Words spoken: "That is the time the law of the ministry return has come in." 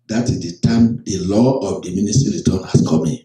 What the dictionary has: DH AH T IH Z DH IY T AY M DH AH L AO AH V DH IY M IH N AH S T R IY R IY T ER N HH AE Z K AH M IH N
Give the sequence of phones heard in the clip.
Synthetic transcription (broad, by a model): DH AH T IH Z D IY T AY M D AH L AO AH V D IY M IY N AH S T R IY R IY T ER N HH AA S K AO M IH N